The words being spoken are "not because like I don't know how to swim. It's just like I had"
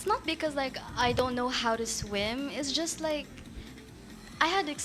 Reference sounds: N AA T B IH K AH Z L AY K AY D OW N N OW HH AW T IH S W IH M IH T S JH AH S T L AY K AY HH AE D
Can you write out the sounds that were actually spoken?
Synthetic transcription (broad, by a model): N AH T B IH K AH Z L AY K AY D OW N N OW HH AW T IH S W IH M IH T S JH AH S T L AY K AY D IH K